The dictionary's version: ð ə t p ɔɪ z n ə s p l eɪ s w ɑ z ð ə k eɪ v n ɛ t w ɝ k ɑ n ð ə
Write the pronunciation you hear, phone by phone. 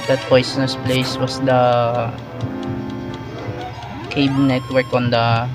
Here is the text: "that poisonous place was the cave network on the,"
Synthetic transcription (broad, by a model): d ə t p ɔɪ s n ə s p l eɪ s w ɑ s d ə k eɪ b n ɛ t w ɝ k ɑ n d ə